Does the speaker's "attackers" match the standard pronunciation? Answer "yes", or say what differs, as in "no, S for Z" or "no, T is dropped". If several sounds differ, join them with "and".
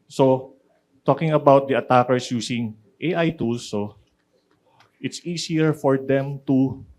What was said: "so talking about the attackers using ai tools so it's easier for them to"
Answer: no, S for Z